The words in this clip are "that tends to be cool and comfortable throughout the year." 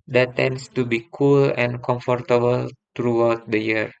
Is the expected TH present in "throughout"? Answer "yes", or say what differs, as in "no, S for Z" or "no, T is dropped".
no, T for TH